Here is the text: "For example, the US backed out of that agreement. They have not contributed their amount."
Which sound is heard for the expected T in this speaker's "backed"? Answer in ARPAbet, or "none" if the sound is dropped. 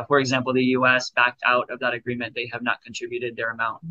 T